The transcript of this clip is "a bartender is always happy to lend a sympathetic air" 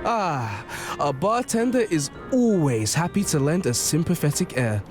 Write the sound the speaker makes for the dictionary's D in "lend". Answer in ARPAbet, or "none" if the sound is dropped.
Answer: D